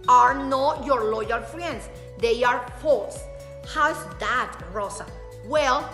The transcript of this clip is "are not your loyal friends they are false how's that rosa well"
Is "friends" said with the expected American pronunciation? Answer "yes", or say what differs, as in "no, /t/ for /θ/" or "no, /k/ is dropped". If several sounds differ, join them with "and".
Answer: no, /s/ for /z/